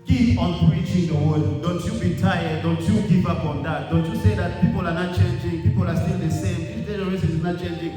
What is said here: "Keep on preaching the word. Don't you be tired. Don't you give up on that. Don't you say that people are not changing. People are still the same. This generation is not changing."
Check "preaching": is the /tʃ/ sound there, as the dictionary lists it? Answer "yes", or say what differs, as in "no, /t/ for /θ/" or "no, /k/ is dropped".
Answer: yes